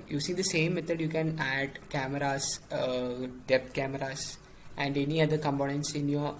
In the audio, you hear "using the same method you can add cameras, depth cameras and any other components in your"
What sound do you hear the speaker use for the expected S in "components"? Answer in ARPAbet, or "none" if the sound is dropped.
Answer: S